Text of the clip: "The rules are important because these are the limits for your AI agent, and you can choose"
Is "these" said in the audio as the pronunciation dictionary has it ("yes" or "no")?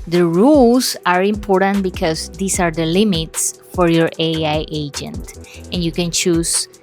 no